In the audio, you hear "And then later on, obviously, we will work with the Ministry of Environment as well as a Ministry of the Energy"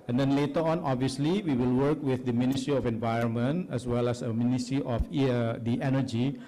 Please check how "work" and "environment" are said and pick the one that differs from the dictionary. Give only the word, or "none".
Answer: none